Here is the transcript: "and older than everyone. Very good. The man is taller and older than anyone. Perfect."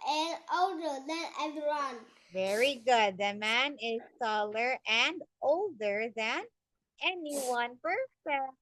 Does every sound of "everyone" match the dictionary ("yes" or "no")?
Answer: no